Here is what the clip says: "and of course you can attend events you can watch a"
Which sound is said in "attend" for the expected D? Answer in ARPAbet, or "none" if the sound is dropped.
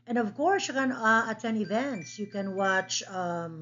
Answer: none